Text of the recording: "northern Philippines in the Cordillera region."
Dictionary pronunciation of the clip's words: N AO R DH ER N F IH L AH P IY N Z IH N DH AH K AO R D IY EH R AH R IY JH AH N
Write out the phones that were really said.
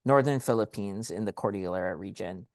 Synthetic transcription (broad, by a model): N AO R DH ER N F IH L AH P IY N Z IH N DH AH K AO R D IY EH R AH R IY JH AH N